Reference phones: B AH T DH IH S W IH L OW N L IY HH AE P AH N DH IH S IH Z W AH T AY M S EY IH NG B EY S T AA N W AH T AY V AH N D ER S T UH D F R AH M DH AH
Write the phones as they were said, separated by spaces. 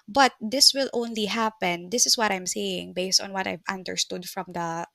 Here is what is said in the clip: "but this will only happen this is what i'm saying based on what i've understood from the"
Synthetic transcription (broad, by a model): B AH T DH IH S W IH L OW N L IY HH AE P AH N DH IH S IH S W AH T AY M S EY IH NG B EY S T AA N W AH T AY V AH N D ER S T UH D F R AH M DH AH